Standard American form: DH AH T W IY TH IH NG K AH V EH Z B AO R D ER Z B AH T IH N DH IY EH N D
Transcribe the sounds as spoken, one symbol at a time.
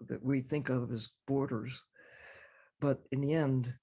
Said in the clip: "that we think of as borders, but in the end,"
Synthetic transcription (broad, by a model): DH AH T W IY TH IH NG K AH V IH Z B AO R D ER Z B AH T IH N DH IY EH N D